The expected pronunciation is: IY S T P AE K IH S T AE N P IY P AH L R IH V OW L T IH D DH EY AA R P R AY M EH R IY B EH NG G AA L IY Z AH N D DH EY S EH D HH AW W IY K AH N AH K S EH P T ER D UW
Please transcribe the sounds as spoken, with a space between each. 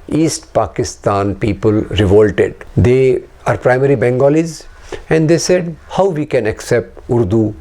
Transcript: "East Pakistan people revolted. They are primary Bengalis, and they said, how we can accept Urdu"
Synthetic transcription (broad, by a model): IY S T P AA K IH S T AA N P IY P AH L R IH V OW L T IH D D EY AA R P R AY M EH R IY B EH NG G AA L IY Z AH N D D EY S EH D HH AW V IY K AH N AH K S EH P T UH D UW